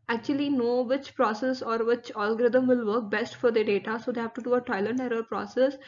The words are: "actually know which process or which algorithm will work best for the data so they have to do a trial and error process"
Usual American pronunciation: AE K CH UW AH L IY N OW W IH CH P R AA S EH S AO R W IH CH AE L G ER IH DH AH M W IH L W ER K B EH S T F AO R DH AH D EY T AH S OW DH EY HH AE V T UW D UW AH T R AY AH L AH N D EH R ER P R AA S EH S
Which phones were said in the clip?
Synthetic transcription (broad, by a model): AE K CH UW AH L IY N OW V IH CH P R AA S EH S AO R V IH CH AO L G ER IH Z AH M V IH L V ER K B EH S T F AO R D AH D EY T AH S OW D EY HH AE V T UW D UW AH T AO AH L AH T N EH R ER P R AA S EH S